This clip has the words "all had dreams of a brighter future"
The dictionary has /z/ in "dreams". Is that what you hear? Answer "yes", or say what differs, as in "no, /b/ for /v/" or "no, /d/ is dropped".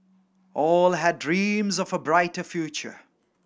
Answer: yes